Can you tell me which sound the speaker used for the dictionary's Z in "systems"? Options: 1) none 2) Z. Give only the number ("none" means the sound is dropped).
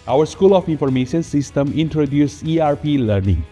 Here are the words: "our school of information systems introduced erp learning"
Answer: 1